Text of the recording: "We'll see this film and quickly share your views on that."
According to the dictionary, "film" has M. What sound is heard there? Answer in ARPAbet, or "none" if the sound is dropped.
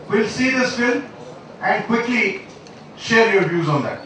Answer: none